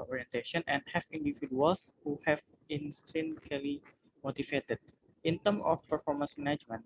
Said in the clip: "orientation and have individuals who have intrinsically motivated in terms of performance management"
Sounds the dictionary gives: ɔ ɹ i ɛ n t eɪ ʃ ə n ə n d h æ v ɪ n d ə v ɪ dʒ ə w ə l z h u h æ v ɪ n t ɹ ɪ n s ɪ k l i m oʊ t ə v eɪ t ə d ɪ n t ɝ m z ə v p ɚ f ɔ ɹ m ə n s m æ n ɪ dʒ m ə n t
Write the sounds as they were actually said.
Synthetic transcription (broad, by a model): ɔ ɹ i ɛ n t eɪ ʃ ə n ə n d h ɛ f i n d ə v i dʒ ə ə l s h u h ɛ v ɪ n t ɹ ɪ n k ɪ l i m oʊ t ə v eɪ t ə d ɪ n t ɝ m ə f p ɚ f ɔ ɹ m ə n s m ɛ n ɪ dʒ m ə n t